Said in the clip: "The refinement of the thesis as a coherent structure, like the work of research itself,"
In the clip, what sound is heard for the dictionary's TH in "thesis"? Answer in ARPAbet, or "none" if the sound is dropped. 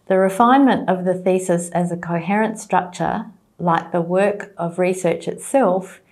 TH